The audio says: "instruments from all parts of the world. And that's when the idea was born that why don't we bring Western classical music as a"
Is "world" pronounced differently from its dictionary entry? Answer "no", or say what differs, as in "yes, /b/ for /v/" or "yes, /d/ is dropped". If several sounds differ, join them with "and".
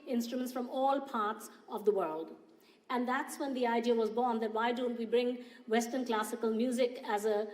no